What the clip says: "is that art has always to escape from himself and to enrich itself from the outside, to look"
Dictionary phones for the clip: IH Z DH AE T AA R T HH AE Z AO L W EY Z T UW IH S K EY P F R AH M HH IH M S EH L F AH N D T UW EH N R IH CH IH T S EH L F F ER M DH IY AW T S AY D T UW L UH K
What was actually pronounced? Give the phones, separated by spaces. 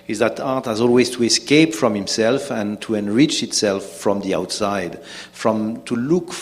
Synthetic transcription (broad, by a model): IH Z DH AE T AA R T HH AE Z AO L W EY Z T UW IH S K EY P F R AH M HH IH M S EH L F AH N T UW EH N R IH CH IH T S EH L F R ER M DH IY AW T S AY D T UW L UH K